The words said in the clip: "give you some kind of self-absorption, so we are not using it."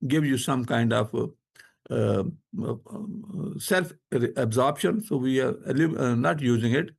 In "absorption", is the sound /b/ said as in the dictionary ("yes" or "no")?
yes